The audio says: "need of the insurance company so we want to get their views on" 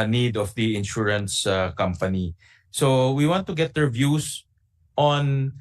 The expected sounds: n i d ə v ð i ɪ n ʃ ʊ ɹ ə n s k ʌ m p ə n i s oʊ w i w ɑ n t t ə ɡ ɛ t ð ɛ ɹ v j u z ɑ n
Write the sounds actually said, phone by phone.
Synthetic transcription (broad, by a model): n i d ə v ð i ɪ n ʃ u ɹ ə n s k ʌ m p ə n i s oʊ w i w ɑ n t t ə ɡ ɛ t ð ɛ ɹ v j u s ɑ n